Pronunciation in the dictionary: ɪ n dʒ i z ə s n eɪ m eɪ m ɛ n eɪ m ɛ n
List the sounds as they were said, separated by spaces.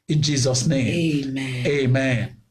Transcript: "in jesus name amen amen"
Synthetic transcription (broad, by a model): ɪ n dʒ i z ə s n eɪ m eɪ m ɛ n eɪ m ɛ n